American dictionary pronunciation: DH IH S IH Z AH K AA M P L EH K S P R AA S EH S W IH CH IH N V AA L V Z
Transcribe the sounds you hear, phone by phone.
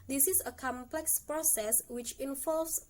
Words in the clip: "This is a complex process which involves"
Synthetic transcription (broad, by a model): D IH S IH S AH K AA M P L EH K S P R AA S EH S W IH CH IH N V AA L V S